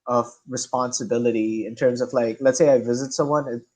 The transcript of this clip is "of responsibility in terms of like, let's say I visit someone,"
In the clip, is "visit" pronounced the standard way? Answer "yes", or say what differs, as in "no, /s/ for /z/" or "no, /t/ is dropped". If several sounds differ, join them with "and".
yes